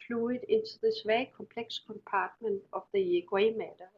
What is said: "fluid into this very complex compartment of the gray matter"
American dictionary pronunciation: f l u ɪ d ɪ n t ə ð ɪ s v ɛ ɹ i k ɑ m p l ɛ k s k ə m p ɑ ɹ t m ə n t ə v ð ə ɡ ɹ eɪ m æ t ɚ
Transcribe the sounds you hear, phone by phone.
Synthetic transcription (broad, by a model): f l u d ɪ n s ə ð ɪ s v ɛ i k ɑ m p l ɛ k s k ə m p ɑ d m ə n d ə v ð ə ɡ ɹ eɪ m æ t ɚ